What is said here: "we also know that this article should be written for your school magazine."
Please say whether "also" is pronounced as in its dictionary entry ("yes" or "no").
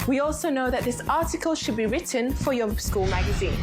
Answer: yes